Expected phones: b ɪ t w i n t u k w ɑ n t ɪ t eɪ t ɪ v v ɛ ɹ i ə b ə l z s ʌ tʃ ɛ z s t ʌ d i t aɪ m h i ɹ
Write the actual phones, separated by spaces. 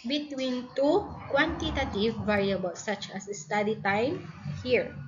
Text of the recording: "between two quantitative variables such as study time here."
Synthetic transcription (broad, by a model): b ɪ t w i n t u k w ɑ n t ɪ t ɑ t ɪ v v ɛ ɹ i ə b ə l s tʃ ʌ s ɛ s t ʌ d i t aɪ m h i ɹ